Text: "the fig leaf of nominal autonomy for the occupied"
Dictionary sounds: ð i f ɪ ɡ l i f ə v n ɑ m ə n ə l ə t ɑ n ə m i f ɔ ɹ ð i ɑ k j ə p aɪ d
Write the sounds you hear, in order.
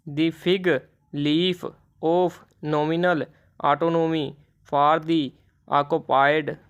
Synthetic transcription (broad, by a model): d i p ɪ ɡ l i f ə p n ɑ m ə n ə l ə t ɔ n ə m i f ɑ ɹ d i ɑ k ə p aɪ d